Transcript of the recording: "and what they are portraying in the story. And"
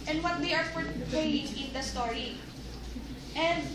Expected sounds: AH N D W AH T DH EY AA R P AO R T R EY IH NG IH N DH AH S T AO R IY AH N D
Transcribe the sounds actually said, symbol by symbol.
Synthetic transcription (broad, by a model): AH N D W AH T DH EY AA R F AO R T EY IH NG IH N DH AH S T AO R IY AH N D